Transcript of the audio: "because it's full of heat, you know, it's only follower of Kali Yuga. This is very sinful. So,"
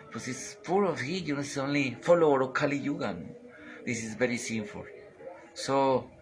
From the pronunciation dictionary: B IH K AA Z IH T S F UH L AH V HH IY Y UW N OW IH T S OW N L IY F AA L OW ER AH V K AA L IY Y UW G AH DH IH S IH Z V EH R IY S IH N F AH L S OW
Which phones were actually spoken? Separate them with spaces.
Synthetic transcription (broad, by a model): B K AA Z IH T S P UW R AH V HH IY Y UW N OW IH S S OW N L IY F AA L OW ER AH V K AA L IY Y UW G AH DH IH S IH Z V EH R IY S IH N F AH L S OW